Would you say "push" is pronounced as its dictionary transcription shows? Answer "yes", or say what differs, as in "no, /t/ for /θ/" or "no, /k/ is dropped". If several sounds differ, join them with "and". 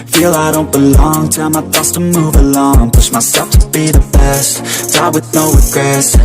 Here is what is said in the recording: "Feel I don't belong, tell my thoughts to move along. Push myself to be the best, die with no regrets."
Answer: no, /s/ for /ʃ/